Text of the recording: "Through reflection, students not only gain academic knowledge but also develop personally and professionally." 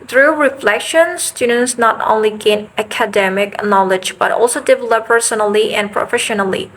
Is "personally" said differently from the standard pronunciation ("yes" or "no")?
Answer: no